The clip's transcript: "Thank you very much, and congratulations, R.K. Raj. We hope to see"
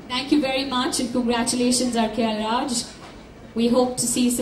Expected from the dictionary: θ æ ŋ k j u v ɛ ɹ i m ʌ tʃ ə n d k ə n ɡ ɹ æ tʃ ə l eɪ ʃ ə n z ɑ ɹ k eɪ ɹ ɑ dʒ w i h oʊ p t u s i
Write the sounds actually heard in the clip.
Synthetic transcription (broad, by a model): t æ ŋ k j u v ɛ ɹ i m ʌ tʃ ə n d k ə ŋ ɡ ɹ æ tʃ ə l eɪ ʃ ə n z ɑ ɹ k eɪ l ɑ dʒ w i h oʊ p t u s i